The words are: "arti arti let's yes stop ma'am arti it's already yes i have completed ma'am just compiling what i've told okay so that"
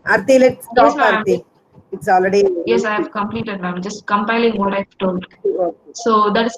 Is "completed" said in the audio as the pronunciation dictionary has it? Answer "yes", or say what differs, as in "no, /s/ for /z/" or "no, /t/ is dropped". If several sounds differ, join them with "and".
yes